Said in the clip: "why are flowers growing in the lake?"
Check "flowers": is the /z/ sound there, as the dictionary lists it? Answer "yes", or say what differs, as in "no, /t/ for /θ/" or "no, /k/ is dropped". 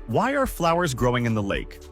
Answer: yes